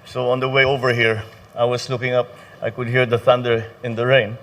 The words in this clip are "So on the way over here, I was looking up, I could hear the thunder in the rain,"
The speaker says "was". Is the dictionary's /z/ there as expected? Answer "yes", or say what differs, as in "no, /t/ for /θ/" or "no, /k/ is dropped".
no, /s/ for /z/